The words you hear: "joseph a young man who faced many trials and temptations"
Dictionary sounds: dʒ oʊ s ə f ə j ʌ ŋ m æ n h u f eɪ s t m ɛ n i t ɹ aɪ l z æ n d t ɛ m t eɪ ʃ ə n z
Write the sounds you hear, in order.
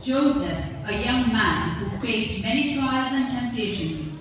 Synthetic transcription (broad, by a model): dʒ oʊ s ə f ə j ʌ ŋ m æ n h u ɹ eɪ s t m ɛ n i t ɹ aɪ l z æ n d t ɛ m t eɪ ʃ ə n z